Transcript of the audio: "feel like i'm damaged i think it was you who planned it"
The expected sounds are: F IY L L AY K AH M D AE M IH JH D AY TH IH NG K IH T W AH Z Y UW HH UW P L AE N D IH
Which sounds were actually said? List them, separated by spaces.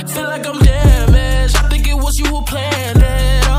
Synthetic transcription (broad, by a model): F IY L L AY K AH M D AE M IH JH AY TH IH NG K IH T W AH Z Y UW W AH P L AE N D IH